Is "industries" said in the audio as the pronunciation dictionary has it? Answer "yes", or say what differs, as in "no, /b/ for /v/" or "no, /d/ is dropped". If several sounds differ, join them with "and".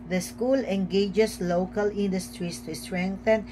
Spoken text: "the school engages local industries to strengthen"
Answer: no, /s/ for /z/